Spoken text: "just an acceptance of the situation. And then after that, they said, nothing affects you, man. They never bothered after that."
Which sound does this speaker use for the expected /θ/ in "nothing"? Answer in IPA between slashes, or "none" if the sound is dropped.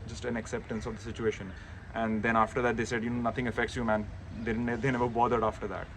/t/